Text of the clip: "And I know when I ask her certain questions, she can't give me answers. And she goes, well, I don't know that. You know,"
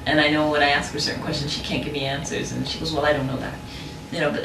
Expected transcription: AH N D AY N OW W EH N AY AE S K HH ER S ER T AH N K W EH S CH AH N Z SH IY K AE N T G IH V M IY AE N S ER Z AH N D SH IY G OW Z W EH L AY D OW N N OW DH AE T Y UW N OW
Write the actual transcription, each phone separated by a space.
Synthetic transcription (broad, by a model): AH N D AY N OW W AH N AY AE S K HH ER S ER T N K W EH S CH AH N Z SH IY K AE N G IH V M IY AE N S ER Z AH N SH IY G OW Z W EH L AY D OW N N OW DH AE T Y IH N OW